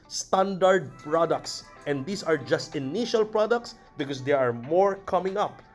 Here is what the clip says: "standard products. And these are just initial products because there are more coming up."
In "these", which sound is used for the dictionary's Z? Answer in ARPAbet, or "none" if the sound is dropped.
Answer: S